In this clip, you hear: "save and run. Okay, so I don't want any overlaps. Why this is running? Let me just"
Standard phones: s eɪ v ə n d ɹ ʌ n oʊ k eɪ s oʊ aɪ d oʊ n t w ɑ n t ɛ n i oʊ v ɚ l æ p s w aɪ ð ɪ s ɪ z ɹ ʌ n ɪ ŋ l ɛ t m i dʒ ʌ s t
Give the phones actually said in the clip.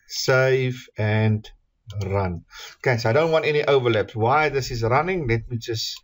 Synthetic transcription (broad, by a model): s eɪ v ə n d ɹ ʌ n oʊ k eɪ s oʊ aɪ d oʊ n t w ɑ n t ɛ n i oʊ v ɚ l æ p s w aɪ ð ɪ s ɪ z ɹ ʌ n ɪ ŋ l ɛ t m i dʒ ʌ s t